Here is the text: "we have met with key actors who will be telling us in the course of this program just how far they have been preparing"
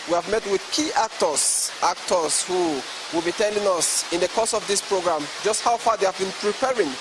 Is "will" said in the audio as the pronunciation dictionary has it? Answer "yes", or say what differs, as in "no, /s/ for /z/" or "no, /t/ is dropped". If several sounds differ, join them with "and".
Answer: yes